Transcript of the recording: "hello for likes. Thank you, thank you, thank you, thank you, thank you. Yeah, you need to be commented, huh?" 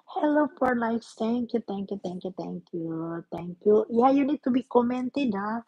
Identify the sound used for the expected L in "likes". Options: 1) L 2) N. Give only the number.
2